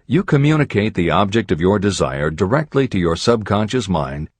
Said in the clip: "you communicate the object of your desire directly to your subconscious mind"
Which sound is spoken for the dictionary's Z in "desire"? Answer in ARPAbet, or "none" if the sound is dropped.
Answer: Z